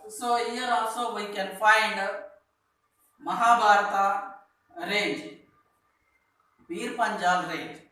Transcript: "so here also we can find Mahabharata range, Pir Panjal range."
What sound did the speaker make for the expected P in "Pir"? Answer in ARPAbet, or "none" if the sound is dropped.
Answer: B